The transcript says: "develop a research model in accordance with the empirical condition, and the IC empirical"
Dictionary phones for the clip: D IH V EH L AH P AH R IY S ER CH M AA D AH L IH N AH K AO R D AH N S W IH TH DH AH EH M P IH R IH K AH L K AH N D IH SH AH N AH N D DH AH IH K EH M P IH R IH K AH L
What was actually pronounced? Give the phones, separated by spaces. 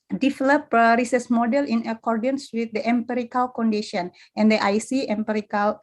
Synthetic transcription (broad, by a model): D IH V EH L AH P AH R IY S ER S M AA D AH L IH N AH K AO R D AH N S W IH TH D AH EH M P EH R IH K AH L K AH N D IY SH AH N AH N D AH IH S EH M P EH R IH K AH L